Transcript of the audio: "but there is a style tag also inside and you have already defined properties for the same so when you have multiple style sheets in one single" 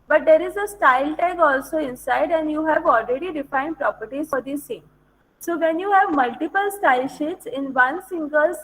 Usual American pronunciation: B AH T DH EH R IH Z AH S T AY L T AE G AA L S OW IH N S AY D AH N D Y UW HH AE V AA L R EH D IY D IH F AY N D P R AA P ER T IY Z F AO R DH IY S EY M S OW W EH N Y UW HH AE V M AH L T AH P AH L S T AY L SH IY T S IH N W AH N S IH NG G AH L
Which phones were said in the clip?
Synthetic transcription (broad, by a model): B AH T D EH R IH Z AH S T AY L T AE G AA L S OW IH N S AY D AH N D Y UW HH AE V AA L R EH D IY D IH F AY N D P R AA P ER T IY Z F AO R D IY S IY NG S OW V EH N Y UW HH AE V M AH L T AH P AH L S T AY L SH IY T S IH N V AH N S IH NG G AH L